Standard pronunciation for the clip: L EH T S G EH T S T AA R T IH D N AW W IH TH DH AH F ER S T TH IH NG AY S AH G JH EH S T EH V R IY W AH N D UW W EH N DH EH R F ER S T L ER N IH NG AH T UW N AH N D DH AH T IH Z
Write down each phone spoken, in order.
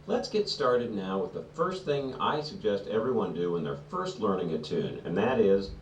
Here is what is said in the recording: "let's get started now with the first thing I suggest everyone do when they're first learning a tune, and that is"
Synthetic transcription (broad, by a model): L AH T S G EH T S T AA R T IH D N AW W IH DH AH F ER S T TH IH NG AY S AH G JH EH S T EH V R IY W AH N D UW W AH N DH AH R F ER S T L ER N IH NG AH T UW N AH N DH AH T IH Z